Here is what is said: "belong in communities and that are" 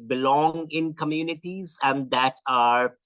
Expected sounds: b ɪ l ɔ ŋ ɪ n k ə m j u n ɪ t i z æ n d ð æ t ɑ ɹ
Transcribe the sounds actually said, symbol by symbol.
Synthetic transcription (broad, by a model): b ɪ l ɔ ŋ ɪ n k ə m j u n ɪ t i z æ n d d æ t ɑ ɹ